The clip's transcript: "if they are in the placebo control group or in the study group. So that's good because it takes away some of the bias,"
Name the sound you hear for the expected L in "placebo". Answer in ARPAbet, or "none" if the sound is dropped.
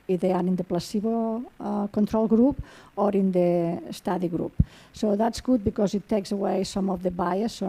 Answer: L